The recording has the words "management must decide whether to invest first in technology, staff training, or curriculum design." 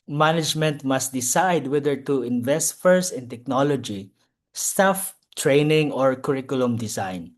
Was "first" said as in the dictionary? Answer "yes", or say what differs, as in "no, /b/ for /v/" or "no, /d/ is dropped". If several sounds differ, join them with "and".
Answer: no, /t/ is dropped